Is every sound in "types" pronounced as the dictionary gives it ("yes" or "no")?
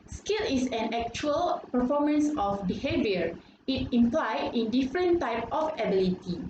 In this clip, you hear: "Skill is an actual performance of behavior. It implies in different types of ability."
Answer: no